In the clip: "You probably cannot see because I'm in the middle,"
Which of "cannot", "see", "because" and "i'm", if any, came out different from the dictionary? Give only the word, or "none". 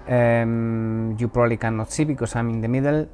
because